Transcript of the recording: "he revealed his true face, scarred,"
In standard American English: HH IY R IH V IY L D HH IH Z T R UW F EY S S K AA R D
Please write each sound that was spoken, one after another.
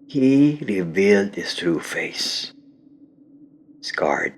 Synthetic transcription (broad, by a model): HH IY R IH V IY L D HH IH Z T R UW F EY S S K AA R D